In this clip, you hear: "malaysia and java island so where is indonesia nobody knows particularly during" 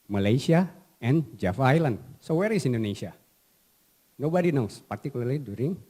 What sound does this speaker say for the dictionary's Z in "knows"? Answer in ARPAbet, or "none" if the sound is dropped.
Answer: S